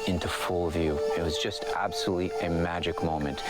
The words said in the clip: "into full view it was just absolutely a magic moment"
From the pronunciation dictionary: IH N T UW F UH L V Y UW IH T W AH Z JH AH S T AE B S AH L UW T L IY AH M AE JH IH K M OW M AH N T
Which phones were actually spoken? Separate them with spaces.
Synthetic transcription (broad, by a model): IH N T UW F UH L V Y UW IH T W AH Z JH AH S T AE B S AH L UW T L IY AH M AE JH IH K M OW M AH N T